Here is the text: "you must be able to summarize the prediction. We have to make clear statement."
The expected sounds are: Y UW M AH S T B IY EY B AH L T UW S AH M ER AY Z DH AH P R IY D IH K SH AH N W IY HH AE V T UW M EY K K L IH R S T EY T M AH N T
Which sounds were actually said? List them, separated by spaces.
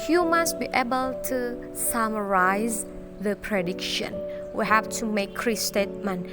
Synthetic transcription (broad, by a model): Y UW M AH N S B IY EY B AH L T UW S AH M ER AY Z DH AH P R IY D IH K SH AH N W IY HH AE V T UW M EY K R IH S T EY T M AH N